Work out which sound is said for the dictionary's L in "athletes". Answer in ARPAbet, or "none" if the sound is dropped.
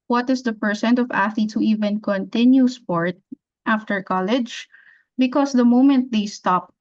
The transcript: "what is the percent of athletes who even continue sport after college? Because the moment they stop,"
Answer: none